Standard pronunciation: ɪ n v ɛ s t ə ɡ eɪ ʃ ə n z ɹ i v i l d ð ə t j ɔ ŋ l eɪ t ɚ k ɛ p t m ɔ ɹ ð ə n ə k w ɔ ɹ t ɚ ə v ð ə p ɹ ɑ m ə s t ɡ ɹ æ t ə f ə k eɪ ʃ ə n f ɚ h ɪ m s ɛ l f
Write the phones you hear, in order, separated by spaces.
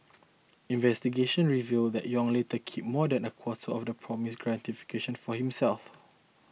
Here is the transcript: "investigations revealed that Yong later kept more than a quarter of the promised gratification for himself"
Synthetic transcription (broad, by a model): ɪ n v ɛ s t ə ɡ eɪ ʃ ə n ɹ i v i l d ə t j ɔ ŋ l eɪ t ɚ k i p m ɔ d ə n ə k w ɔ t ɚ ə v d ə p ɹ ɑ m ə s ɡ ɹ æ t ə f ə k eɪ ʃ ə n f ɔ h ɪ m s ɛ l f